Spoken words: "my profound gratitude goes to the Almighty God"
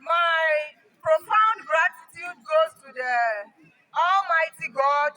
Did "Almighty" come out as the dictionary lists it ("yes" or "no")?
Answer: yes